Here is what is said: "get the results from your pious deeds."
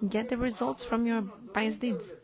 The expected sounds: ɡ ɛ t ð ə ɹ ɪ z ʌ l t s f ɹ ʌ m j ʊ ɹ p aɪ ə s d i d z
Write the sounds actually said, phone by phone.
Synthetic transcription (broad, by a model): ɡ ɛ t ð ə ɹ ɪ z ʌ l t s f ɹ ʌ m j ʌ ɹ b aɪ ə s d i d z